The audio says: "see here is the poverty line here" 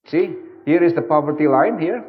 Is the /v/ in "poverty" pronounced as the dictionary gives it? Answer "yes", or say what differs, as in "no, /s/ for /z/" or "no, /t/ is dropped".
yes